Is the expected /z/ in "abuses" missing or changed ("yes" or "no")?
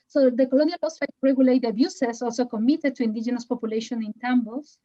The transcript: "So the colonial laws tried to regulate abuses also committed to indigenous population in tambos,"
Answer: yes